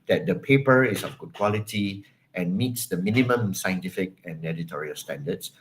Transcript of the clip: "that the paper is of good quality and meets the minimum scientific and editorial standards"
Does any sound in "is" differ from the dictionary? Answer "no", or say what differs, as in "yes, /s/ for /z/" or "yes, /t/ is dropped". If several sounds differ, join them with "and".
yes, /s/ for /z/